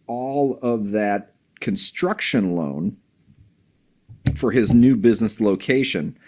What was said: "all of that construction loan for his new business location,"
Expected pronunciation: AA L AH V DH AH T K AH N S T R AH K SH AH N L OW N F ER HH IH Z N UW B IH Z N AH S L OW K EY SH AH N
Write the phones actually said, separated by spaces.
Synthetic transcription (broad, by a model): AA L AH V DH AH T K AH N S T R AH K SH AH N L OW N F ER IH Z N UW B IH Z N AH S L OW K EY SH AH N